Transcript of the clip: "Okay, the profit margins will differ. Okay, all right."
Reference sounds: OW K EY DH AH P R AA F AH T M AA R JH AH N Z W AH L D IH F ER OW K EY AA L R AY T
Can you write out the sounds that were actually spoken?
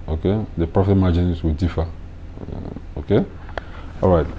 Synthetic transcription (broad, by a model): OW K EY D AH P R AA F AH T M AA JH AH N S W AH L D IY F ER OW K EY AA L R AY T